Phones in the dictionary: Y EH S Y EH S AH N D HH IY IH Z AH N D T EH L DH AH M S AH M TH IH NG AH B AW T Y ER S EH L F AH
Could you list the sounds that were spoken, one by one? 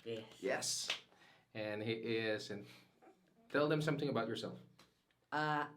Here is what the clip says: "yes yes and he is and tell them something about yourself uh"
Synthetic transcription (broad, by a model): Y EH Y EH S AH N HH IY IH Z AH N T EH L DH AH M S AH M TH IH NG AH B AW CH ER S EH L F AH